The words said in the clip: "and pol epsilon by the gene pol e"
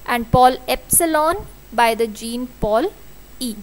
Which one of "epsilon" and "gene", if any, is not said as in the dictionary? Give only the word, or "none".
none